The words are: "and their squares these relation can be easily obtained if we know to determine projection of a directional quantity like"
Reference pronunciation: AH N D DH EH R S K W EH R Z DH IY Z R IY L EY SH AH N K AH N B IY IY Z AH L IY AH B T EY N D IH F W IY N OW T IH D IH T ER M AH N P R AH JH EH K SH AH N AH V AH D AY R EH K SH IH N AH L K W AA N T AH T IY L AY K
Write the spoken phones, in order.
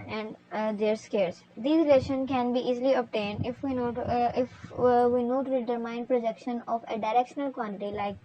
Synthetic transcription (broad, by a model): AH N D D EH R S K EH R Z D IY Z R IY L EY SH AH N K AH N B IY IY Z L IY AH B T EY N D IH F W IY N OW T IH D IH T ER M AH N P R AH JH EH K SH AH N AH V AH D AY R EH K SH IH N AH L K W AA N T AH T IY L AY K